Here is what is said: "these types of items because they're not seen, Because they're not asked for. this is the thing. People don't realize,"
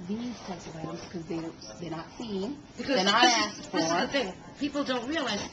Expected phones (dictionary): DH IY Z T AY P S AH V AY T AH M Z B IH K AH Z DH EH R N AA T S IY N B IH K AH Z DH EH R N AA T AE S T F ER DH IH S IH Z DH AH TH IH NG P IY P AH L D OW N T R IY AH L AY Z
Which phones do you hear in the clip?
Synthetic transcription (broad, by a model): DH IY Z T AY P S AH V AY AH Z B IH K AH Z DH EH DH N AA T S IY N B IH K AH Z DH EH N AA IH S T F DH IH IH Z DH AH TH IH NG P IY P L D OW N T R IY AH L AY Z